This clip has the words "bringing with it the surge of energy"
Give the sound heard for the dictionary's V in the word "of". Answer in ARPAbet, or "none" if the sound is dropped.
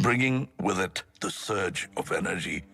V